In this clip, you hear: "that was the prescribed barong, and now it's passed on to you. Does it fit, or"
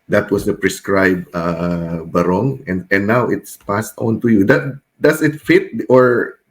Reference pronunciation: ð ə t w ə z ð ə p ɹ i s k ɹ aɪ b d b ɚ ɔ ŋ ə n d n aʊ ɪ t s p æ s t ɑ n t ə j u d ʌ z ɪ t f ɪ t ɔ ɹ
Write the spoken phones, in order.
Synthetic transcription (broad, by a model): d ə t w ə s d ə p ɹ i s k ɹ aɪ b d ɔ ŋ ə n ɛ n aʊ ɪ t s p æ s t ɑ n t ə j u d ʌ s ɪ t f ɪ t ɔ ɹ